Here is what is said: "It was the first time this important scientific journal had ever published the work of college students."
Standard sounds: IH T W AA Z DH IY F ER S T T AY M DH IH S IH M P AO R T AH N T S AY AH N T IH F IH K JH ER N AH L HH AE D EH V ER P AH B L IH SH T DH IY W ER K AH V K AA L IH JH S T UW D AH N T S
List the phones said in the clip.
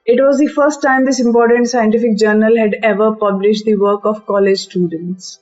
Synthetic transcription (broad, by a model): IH T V AA Z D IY F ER S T T AY M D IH S IH M P AO R T AH N T S AY AH N T IH F IH K JH ER N AH L HH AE D EH V ER P AH B L IH SH T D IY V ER K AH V K AA L IH JH S T UW D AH N T S